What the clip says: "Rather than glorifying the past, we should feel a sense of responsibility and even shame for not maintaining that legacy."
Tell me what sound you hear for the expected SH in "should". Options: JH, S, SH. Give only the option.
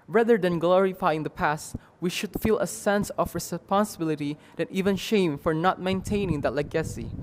SH